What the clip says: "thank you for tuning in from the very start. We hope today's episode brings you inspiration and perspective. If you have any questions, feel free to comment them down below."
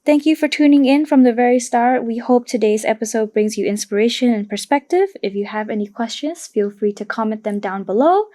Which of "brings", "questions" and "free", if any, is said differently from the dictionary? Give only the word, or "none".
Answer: none